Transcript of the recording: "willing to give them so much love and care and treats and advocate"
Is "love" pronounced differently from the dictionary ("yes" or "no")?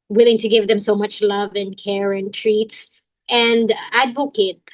no